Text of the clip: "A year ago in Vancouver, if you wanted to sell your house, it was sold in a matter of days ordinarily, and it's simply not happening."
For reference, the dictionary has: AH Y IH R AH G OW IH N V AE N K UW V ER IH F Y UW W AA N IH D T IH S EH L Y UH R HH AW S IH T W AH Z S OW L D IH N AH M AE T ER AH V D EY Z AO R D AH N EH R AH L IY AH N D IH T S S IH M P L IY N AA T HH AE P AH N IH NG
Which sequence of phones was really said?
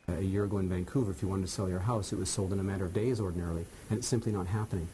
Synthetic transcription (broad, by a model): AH Y IH R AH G OW IH N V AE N K UW V ER IH F Y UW W AA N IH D T IH S EH L Y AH R HH AW S IH T W AH Z S OW L D IH N AH M AE T ER AH V D EY Z AO R D N EH R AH L IY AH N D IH T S S IH M P L IY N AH T HH AE P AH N IH NG